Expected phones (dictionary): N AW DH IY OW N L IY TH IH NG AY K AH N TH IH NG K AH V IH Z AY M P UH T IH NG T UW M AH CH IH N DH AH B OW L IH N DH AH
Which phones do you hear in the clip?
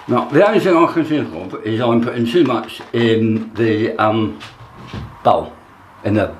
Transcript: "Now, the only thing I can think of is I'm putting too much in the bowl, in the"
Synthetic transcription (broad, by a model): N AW DH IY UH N IY TH IH NG AY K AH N S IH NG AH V IH Z AY M P UH T IH NG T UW M AH CH IH N DH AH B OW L IH N DH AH